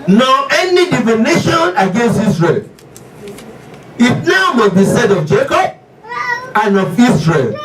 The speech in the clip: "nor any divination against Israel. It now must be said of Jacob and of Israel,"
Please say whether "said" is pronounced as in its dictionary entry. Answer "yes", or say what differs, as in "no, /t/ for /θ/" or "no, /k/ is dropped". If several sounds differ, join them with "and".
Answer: yes